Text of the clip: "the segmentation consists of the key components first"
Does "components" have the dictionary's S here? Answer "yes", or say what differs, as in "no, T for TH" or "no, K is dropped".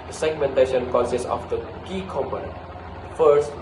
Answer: no, S is dropped